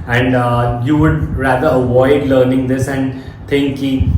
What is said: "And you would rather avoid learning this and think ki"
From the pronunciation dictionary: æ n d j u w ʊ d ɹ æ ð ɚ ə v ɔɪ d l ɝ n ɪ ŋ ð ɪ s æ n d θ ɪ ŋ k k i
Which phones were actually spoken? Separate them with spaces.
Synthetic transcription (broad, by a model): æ n d j u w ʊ d ɹ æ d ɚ ə v ɔɪ d l ɝ n ɪ ŋ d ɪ s æ n d t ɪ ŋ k k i